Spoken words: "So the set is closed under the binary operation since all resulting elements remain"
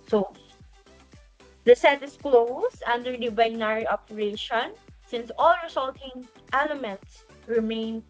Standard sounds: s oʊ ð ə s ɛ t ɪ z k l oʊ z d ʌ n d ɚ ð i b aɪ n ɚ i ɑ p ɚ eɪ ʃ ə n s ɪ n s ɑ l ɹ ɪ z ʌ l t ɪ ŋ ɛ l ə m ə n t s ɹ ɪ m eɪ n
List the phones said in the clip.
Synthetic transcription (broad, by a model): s oʊ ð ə s ɛ t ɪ s k l oʊ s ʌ n d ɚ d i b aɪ n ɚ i ɑ p ɚ eɪ ʃ ə n s ɪ n s ɑ l ɹ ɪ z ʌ l t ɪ ŋ ɛ l ə m ə n t s ɹ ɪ m eɪ n